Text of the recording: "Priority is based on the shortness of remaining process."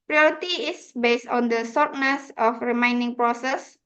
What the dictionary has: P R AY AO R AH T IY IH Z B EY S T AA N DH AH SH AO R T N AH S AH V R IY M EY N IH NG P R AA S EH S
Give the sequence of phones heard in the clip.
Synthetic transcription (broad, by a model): P R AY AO R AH T IY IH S B EY S T AA N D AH S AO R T N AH S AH F R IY M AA N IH NG P R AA S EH S